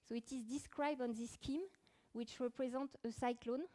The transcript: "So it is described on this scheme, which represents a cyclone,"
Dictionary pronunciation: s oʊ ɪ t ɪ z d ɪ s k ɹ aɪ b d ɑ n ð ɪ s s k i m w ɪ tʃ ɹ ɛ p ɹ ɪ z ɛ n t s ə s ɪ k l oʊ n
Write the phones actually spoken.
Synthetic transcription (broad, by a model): s oʊ ɪ t ɪ z d ɪ s k ɹ aɪ b d ɑ n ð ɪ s s k i m w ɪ tʃ ɹ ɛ p ɹ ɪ z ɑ n t ə s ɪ k l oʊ n